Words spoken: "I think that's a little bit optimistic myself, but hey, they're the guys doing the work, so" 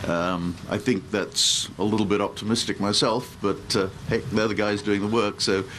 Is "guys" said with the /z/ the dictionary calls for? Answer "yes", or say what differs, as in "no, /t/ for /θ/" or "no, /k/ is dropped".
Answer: yes